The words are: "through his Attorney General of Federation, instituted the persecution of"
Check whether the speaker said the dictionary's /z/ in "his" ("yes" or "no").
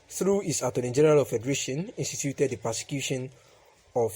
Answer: no